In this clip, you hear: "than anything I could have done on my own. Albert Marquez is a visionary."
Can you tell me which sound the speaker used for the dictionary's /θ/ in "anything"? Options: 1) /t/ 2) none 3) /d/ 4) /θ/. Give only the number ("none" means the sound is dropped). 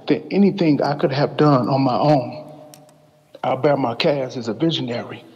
4